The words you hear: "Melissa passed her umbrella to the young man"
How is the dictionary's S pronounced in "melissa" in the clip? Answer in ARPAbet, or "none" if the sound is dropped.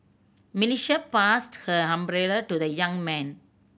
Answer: SH